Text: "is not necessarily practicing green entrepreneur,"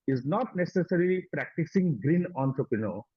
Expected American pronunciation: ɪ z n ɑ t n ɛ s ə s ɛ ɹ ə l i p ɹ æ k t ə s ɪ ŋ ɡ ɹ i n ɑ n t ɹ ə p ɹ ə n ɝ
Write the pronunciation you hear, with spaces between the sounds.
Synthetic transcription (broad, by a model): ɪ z n ɑ t n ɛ s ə s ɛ ɹ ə l i p ɹ æ k t ə s ɪ ŋ ɡ ɹ i n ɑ n t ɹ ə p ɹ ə n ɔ